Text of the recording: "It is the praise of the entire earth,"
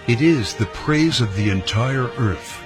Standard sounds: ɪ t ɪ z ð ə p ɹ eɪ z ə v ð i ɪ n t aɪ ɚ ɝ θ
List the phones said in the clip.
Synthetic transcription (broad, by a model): ɪ t ɪ z ð ə p ɹ eɪ z ə v ð i ɪ n t aɪ ɚ ɝ θ